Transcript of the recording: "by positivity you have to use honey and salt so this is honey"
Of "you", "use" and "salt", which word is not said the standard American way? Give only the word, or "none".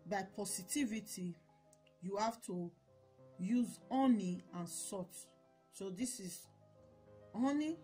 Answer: salt